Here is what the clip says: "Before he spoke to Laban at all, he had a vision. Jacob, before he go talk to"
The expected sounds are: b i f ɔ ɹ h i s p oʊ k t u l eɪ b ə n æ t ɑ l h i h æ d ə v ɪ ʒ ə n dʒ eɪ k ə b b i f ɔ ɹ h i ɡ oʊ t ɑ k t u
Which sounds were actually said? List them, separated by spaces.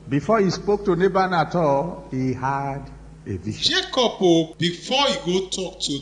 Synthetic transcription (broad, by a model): b i f ɔ h i s p oʊ k t u n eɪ b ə n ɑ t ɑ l h i h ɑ d ə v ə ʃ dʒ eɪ k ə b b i f ɔ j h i ɡ oʊ t ɑ k t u